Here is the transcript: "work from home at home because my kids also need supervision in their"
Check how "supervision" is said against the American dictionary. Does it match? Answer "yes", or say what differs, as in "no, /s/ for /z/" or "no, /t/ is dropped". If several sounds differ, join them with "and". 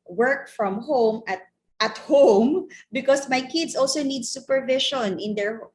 no, /ʃ/ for /ʒ/